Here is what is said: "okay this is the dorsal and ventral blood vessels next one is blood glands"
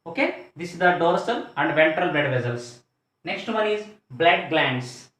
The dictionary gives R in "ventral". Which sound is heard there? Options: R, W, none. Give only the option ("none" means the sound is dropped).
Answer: R